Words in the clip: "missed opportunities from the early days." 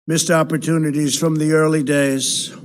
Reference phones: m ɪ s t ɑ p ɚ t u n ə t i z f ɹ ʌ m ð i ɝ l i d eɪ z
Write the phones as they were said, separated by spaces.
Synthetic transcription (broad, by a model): m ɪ s t ɑ p ɚ t u n ə t i z f ɹ ʌ m ð i ɝ l i d eɪ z